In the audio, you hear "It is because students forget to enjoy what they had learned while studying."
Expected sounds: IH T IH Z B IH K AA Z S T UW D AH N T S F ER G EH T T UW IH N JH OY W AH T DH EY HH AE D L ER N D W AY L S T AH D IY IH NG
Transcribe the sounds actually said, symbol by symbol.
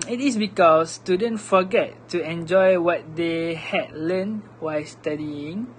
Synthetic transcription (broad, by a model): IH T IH S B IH K AA S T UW D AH N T F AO G EH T T UW IH N JH OY W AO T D EY HH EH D L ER N W AY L S T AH D IY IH NG